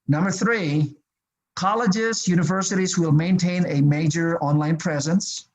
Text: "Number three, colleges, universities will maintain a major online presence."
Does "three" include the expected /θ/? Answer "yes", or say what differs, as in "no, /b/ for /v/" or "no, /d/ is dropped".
yes